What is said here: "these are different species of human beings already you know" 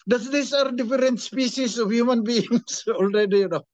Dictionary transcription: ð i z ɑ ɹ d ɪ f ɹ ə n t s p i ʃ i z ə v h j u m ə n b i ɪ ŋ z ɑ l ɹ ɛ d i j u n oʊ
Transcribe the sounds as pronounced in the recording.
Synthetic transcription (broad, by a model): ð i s ɑ ɹ d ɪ f ɹ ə n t s p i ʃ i s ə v h j u m ə n b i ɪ ŋ s ɑ l ɹ ɛ d i j u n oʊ